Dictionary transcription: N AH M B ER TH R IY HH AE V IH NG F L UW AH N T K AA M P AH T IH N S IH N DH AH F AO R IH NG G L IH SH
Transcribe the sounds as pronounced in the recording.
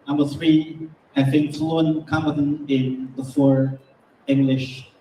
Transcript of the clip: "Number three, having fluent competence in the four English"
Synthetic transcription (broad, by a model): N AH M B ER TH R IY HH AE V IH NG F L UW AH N K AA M B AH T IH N IH N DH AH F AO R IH NG G L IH SH